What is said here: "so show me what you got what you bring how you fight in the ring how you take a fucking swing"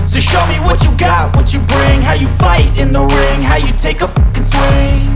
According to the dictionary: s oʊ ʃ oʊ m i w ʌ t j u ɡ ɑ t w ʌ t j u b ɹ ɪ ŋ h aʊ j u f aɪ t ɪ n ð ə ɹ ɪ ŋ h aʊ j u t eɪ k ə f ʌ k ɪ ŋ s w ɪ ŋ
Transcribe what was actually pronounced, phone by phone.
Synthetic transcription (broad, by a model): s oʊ ʃ oʊ m i w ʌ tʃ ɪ ɡ ɑ t w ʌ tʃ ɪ b ɹ ɪ ŋ h aʊ j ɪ f aɪ t ɪ n ð ə ɹ ɪ ŋ h aʊ j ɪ t eɪ ə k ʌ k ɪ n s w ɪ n